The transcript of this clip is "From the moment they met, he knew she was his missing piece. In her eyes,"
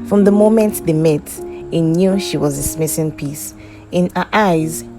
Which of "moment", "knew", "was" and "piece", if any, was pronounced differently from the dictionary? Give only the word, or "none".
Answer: none